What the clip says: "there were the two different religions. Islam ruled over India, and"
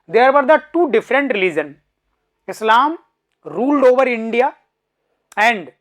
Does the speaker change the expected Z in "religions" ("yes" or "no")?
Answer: yes